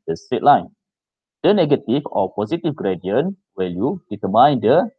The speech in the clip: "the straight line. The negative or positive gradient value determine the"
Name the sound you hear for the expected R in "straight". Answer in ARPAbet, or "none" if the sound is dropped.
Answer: none